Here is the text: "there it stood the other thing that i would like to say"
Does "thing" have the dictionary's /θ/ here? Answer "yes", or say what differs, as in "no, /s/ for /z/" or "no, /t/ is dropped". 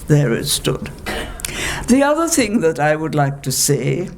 yes